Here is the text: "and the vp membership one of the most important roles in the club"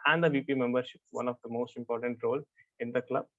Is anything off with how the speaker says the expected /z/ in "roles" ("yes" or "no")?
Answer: yes